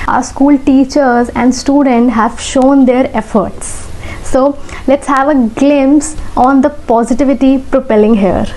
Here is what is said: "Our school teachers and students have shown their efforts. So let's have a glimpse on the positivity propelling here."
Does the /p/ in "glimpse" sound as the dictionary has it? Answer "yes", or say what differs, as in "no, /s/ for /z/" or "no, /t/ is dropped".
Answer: no, /p/ is dropped